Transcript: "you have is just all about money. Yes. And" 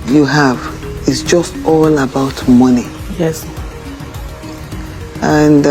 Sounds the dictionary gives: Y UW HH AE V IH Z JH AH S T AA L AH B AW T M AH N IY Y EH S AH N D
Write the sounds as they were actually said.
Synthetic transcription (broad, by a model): Y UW HH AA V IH S JH AH S T AA L AH B AW T M AH N IY Y EH S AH N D